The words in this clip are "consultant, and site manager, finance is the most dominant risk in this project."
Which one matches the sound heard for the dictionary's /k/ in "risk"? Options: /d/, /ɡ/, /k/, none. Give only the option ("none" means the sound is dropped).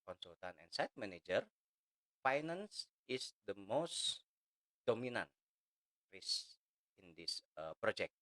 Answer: none